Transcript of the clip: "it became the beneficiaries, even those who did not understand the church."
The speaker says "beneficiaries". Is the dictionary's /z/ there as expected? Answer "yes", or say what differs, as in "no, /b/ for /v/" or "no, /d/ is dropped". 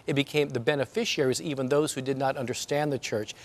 yes